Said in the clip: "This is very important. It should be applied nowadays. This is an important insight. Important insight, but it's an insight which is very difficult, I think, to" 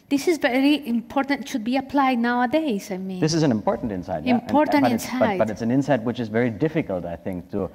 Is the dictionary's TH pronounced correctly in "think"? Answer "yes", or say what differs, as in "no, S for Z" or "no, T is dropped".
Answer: yes